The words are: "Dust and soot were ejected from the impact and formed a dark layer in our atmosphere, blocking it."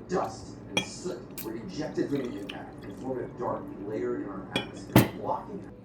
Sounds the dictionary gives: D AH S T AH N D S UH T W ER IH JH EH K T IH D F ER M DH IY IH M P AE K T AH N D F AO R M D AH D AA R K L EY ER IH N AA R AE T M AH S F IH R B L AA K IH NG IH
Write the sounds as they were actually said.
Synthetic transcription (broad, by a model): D AH S T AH N S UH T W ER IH JH EH K T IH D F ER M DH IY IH P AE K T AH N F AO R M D AH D AA R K L EY ER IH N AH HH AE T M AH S IH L AA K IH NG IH